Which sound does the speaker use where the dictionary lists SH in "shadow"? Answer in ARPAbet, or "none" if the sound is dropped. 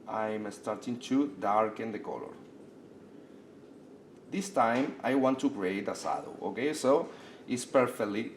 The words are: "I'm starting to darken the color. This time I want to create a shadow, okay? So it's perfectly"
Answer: S